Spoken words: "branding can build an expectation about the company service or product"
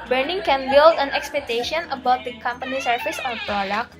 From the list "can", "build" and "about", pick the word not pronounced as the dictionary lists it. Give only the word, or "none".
none